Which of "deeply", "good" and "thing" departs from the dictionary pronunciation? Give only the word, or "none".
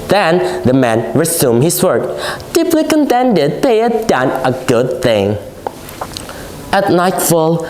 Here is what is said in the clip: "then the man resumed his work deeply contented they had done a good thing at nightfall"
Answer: none